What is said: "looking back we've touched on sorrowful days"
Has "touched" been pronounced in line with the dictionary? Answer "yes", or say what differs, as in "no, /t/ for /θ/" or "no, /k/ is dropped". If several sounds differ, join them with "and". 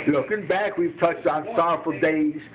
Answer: yes